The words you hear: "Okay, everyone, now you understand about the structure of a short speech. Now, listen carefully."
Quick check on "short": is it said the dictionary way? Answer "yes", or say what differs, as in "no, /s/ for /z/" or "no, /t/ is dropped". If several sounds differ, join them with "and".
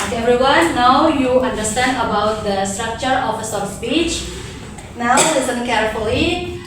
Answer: no, /s/ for /ʃ/